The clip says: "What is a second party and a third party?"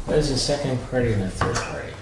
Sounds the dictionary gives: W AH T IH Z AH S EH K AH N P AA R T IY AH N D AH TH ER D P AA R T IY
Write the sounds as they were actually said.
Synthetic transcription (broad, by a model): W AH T IH Z AH S EH K AH N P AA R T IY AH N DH AH TH ER D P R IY